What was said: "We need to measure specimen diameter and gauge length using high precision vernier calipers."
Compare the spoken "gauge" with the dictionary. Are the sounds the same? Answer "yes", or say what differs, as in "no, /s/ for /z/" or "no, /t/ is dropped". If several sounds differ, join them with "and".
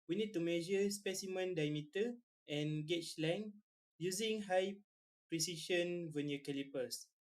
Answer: no, /tʃ/ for /dʒ/